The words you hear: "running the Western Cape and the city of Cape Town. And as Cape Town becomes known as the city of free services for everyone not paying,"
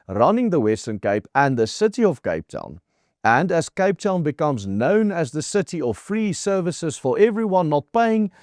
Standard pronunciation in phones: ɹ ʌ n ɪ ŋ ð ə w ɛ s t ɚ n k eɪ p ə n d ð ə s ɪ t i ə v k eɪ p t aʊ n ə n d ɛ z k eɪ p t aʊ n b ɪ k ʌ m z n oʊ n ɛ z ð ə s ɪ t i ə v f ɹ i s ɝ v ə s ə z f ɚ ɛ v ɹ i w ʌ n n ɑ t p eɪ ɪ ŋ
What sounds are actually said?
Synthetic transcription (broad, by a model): ɹ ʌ n ɪ ŋ ð ə w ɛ s t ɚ n k eɪ p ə n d ð ə s ɪ t i ə v k eɪ p t aʊ n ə n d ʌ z k eɪ p t aʊ n b ɪ k ʌ m z n oʊ n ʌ z ð ə s ɪ t i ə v f ɹ i s ɝ v ə s ə z f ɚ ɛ v ɹ i w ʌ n n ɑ t p eɪ ɪ ŋ